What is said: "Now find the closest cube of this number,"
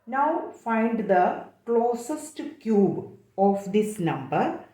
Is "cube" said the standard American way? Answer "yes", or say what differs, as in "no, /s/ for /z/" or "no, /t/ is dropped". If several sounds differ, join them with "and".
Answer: yes